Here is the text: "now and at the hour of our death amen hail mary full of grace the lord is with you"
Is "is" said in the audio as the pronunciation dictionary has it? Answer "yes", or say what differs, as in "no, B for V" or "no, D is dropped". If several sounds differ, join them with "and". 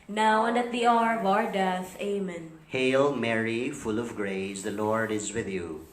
yes